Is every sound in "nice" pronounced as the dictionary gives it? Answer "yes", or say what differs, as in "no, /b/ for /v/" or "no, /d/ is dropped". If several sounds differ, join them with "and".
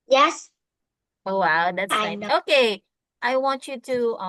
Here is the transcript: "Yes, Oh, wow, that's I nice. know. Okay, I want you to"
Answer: no, /s/ is dropped